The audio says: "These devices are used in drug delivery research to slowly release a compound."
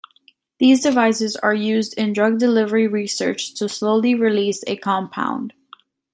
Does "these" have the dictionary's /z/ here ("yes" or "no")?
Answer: yes